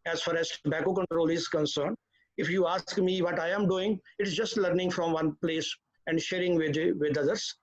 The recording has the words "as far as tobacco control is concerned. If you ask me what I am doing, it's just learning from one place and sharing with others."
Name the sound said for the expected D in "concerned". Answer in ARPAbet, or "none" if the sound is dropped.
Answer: D